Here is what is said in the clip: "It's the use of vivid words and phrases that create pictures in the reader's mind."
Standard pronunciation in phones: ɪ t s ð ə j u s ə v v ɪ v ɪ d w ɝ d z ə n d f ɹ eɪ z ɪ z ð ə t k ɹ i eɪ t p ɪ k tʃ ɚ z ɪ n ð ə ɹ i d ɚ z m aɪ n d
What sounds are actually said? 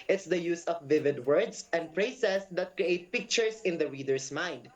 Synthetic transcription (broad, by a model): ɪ t s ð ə j u s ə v v ɪ v ɪ d w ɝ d s ə n d p ɹ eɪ s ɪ s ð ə t k ɹ i eɪ t p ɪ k tʃ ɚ s ɪ n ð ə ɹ i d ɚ s m aɪ n d